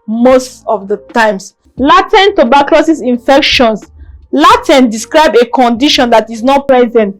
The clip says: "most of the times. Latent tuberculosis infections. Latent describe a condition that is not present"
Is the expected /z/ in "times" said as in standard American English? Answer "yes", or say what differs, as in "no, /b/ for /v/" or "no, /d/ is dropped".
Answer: no, /s/ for /z/